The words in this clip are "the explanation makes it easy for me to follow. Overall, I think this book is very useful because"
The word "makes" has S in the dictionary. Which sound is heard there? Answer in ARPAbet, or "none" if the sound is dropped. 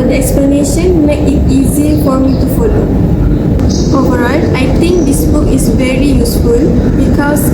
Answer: none